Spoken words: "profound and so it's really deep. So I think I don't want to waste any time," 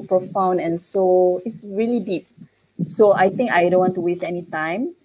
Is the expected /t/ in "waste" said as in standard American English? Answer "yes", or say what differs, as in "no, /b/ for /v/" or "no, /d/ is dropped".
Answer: yes